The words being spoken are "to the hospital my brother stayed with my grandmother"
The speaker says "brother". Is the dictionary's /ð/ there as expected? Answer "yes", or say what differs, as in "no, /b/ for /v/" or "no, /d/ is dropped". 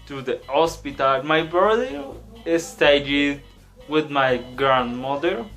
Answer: no, /ð/ is dropped